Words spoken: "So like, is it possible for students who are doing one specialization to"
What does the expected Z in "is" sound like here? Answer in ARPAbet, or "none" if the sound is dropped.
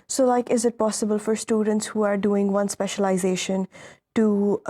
Z